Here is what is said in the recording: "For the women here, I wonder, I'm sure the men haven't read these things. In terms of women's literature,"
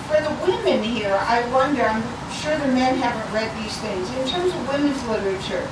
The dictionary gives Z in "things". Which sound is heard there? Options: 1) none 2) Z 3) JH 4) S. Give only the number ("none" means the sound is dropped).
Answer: 2